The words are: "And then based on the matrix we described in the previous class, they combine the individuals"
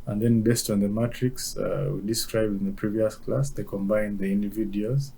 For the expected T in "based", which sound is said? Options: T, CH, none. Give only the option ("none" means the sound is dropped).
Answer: T